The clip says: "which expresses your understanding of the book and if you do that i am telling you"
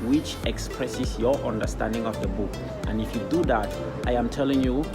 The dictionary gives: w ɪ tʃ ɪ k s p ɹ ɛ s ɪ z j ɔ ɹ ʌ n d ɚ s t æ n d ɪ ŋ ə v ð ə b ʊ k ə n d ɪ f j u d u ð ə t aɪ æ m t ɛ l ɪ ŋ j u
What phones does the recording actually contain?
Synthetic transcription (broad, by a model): w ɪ tʃ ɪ k s p ɹ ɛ s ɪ s j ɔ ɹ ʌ n d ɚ s t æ n d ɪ ŋ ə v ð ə b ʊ k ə n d ɪ f j u d u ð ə t aɪ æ m t ɛ l ɪ ŋ j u